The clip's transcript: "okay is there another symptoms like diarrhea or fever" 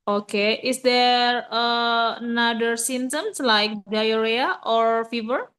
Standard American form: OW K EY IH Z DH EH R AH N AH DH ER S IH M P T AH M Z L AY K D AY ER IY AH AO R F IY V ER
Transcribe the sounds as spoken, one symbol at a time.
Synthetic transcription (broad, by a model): OW K EY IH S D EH R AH N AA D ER S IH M T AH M S L AY K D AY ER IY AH AO R F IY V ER